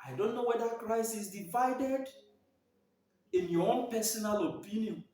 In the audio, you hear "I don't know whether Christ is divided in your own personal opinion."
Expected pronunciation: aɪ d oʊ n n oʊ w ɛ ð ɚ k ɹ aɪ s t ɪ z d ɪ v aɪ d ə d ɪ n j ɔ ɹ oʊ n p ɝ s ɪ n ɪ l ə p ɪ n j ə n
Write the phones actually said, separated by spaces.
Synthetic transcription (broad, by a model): aɪ d oʊ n n oʊ w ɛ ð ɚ k ɹ aɪ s ɪ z d ɪ v aɪ d ə d ɪ n j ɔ oʊ n p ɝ s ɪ n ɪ l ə p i n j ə n